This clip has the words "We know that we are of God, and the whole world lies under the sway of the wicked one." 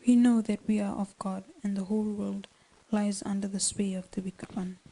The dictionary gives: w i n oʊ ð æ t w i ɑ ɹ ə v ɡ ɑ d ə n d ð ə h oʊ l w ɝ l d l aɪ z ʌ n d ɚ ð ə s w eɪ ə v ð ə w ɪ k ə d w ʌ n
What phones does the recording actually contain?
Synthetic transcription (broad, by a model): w i n oʊ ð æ t w i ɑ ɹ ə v ɡ ɑ d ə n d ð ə h oʊ l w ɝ l d l aɪ z ʌ n d ɚ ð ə s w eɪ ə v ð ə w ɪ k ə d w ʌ n